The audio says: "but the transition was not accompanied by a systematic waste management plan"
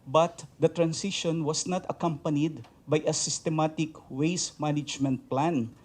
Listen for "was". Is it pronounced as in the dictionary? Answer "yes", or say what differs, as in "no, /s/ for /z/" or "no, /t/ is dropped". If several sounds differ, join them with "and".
no, /s/ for /z/